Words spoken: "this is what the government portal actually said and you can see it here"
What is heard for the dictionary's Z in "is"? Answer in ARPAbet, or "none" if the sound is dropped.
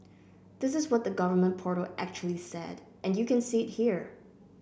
Z